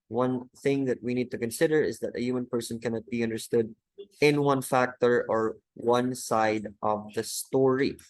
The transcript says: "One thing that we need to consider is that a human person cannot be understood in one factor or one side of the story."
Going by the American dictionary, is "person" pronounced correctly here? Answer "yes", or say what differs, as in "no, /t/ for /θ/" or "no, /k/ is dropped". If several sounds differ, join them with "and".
yes